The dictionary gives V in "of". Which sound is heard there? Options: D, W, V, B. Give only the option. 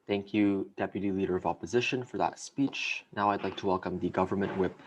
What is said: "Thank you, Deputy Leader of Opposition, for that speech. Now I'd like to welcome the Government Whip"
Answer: V